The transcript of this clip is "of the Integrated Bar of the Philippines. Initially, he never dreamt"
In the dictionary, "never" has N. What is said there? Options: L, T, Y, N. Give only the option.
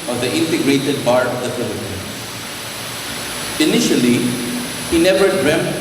N